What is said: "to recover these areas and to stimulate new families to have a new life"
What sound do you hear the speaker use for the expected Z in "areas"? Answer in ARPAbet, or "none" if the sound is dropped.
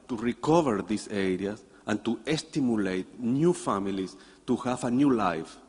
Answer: S